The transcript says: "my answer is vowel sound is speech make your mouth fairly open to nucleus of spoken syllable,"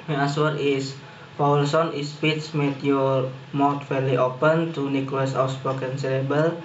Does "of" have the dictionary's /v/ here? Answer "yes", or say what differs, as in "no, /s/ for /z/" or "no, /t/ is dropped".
no, /w/ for /v/